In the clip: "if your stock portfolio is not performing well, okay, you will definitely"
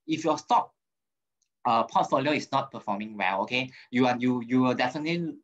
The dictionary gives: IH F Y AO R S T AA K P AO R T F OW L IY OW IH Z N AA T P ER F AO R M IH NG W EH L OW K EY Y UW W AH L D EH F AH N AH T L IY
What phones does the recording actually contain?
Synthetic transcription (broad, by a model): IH F Y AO S T AA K P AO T F OW L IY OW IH S N AA T P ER F AO M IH NG W EH L OW K EY Y UW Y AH W D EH F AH N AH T L IY